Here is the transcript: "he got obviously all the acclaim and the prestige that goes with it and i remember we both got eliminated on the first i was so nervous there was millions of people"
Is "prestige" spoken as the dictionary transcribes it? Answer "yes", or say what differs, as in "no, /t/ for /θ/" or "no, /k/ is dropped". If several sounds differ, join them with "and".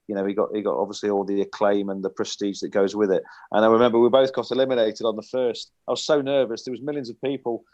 yes